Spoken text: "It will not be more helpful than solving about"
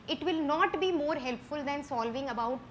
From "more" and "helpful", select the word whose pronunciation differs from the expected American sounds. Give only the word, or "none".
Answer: none